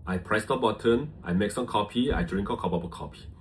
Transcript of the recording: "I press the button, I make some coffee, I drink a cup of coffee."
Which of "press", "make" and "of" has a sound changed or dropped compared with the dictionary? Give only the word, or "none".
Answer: of